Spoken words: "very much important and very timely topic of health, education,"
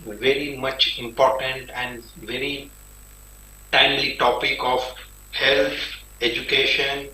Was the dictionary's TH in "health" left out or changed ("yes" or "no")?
yes